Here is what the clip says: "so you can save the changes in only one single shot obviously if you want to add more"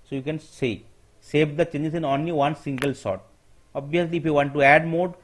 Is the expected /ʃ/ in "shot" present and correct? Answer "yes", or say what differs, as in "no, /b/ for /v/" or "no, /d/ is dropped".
no, /s/ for /ʃ/